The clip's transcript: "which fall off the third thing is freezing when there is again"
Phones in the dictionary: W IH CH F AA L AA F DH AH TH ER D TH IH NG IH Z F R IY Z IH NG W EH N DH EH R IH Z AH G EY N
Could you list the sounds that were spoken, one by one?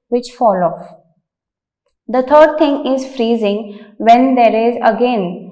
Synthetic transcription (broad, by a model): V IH CH F AA L AA F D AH T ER D T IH NG IH Z F R IY Z IH NG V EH N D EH R IH Z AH G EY N